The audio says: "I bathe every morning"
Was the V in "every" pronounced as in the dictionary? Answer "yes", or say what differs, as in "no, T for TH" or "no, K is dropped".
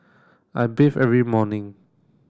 yes